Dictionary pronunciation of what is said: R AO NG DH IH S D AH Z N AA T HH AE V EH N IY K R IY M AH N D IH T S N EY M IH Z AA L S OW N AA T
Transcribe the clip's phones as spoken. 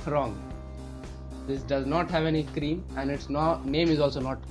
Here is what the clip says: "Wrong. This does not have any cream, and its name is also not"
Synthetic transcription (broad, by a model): R AO NG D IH S D AH Z N AA T HH AE V EH N IY K R IY M AH N D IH T S N EY M IH Z AA L S OW N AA T